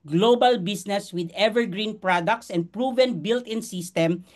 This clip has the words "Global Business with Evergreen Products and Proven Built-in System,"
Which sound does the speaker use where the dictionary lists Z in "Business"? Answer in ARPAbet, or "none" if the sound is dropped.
S